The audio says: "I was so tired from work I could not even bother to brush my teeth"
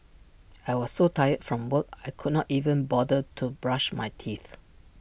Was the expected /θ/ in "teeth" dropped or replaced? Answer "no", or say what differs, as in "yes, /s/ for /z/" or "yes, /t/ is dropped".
no